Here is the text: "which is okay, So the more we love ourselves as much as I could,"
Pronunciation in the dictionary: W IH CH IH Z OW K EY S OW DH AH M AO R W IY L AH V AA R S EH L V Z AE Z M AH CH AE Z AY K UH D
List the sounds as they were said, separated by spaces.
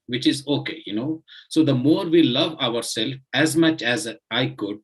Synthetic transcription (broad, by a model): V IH CH IH Z OW K EY S OW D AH M AO R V IY L AH V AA R S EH L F AE Z M AH CH AE Z AY K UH D